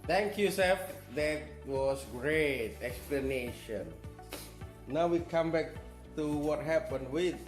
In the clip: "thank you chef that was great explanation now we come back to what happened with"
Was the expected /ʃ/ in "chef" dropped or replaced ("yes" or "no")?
yes